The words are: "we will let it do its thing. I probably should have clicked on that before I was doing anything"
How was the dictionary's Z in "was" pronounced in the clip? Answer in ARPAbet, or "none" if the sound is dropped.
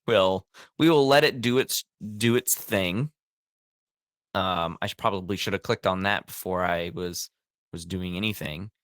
Z